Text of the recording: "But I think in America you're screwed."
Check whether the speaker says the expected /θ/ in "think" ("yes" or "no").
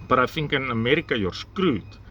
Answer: no